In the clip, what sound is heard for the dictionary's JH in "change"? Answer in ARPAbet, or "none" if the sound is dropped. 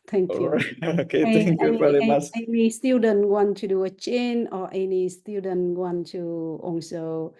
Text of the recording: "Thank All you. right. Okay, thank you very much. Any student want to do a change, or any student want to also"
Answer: none